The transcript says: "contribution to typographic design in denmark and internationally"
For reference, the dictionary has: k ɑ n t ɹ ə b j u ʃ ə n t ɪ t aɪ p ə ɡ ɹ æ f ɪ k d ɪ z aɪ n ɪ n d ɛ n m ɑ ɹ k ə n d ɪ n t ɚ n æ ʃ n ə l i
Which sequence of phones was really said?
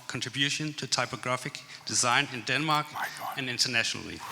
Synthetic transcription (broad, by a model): k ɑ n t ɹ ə b j u ʃ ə n t ɪ t aɪ p ə ɡ ɹ æ f ɪ k d ɪ z aɪ n ɪ n d ɛ n m ɑ ɹ k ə n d ɪ n t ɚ n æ ʃ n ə l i